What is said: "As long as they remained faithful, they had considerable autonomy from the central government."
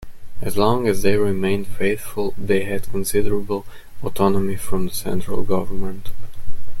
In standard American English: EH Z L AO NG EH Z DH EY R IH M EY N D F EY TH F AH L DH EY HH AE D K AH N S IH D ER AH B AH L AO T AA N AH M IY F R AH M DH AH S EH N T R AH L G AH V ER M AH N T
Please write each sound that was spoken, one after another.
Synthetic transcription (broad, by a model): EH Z L AO NG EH Z DH EY R IH M EY N D F EY TH F AH L DH EY HH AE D K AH N S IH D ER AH B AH L AO T AA N AH M IY F R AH M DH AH S EH N T R AH L G AH V ER M AH N T